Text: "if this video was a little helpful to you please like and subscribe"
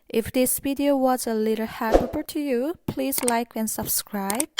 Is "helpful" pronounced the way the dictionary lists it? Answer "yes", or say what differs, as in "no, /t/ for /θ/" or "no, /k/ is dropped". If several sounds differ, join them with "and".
no, /f/ is dropped